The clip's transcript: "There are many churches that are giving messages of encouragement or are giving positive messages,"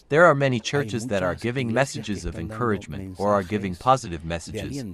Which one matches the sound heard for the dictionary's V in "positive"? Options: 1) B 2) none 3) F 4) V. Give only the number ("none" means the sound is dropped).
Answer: 4